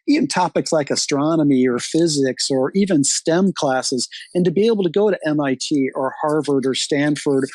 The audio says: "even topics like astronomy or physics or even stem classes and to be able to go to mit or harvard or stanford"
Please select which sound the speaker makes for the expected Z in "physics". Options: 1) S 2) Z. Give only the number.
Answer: 2